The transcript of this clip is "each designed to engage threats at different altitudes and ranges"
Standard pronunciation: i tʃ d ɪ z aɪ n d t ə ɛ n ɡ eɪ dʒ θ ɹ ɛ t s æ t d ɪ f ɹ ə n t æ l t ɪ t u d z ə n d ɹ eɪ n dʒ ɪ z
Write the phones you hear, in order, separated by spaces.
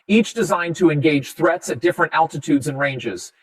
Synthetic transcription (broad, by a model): i tʃ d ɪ z aɪ n t ə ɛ n ɡ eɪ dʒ θ ɹ ɛ t s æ t d ɪ f ɹ ə n t æ l t ɪ t u d z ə n ɹ eɪ n dʒ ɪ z